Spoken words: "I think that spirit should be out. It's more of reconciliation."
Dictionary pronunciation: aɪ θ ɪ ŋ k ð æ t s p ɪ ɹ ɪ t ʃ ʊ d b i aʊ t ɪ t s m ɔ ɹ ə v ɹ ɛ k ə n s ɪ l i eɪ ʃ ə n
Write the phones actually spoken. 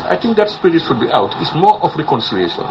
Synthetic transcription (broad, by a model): aɪ t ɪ ŋ k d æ t s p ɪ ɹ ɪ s ʃ ʊ d b i aʊ t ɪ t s m ɔ ɹ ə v ɹ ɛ k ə n s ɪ l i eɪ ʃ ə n